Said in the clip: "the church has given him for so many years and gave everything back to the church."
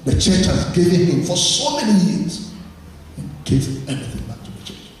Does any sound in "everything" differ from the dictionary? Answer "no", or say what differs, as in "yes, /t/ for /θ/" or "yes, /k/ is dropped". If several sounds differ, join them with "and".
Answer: yes, /ɹ/ is dropped